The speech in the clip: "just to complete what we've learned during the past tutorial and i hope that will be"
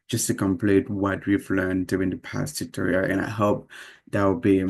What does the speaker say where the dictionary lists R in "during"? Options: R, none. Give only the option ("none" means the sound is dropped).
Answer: none